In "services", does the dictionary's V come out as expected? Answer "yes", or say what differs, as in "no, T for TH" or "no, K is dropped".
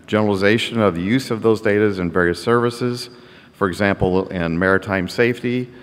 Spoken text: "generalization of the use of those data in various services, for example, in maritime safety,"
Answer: yes